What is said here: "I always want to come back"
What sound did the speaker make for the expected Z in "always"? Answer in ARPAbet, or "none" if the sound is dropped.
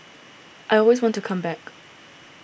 Z